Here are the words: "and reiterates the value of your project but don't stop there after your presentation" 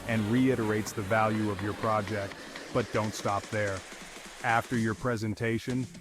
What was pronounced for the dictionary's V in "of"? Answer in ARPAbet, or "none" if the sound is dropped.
V